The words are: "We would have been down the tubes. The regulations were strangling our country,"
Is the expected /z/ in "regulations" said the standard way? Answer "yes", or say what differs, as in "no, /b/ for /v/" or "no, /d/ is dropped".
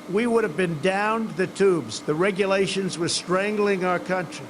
yes